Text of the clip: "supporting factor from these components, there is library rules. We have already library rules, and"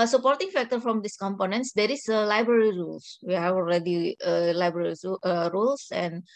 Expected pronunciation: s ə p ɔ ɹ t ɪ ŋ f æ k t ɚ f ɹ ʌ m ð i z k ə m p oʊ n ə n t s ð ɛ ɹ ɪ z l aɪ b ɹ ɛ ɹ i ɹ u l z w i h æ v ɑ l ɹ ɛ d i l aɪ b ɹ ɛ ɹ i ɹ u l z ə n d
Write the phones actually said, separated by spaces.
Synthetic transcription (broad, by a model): s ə p ɔ ɹ t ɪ ŋ f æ k t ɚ f ɹ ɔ m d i s k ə m p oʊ n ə n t s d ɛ ɹ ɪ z l aɪ b ɹ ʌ ɹ i ɹ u l s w i h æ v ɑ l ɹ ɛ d i l aɪ b ɹ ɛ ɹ i ɹ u l s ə n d